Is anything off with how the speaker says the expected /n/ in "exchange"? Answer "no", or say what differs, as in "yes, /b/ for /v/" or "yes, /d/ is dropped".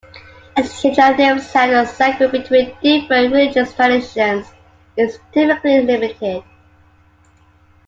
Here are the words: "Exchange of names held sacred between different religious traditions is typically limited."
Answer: yes, /n/ is dropped